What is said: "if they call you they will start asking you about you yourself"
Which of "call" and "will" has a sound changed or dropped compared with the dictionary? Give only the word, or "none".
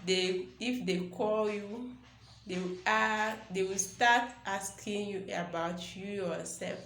will